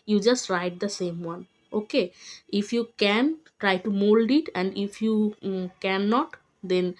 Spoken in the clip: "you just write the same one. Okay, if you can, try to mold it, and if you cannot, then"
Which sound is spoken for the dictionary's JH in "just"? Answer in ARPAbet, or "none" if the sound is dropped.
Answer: JH